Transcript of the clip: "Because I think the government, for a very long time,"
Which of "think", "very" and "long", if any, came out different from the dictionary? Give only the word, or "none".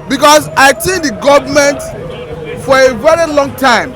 think